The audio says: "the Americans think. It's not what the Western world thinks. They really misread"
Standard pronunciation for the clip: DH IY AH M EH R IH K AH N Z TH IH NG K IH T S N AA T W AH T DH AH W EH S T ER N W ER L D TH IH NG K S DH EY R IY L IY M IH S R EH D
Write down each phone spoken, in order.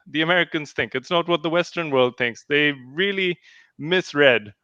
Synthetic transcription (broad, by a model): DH IY AH M EH R IH K AH N Z TH IH NG K IH T S N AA T W AH T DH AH W EH S T ER N W ER L D TH IH NG K S DH EY R IY L IY M IH S R EH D